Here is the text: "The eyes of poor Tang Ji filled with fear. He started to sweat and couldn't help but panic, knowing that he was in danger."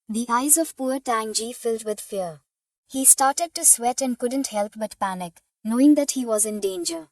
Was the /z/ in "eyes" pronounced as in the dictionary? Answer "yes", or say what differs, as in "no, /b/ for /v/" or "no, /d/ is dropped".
yes